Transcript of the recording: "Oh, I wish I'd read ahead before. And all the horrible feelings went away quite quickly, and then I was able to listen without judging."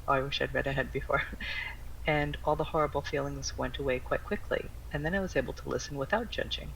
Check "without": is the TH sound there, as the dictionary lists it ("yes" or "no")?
yes